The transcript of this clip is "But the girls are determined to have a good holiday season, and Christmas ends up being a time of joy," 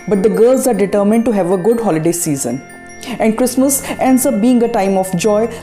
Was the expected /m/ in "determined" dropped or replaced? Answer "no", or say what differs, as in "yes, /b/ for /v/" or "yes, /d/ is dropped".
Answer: no